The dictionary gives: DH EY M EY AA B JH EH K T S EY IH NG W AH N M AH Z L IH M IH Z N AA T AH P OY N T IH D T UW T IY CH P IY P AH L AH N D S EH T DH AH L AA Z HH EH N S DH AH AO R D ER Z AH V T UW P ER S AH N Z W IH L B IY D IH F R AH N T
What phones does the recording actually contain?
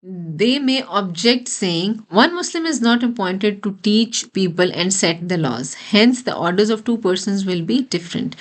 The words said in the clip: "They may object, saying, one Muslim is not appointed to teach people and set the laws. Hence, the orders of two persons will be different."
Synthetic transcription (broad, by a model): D EY M EY AA B JH EH K T S EY IH NG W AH N M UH S L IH M IH Z N AA T AH P OY N T IH D T UW T IY CH P IY P AH L AH N D S EH T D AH L AA Z HH EH N S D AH AO R D ER Z AH V T UW P ER S AH N Z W IH L B IY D IH F R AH N T